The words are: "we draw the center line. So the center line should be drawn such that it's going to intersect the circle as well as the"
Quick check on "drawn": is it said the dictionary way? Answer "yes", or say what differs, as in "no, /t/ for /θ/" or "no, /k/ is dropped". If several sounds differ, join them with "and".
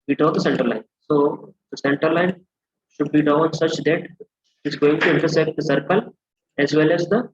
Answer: no, /ɹ/ is dropped